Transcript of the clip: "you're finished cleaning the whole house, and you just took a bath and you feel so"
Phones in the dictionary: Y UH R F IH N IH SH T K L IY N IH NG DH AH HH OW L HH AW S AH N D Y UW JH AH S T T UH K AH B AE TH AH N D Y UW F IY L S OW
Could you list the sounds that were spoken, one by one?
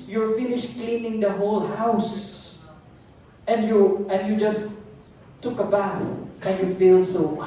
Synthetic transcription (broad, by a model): Y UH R F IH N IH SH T K L IY N IH NG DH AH HH OW L HH AW S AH N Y Y UW JH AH S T T UH K AH B AE TH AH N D Y UW F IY L S OW